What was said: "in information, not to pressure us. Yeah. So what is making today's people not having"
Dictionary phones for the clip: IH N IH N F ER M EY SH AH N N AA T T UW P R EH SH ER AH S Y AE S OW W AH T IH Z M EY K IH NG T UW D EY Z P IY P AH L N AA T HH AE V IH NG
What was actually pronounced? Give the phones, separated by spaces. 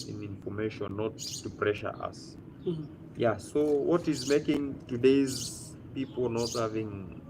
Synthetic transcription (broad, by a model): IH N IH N F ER M EY SH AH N N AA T T UW P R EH SH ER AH S Y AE S OW W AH T IH Z M EY K IH NG T UW D EY Z P IY P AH L N AA T HH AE V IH NG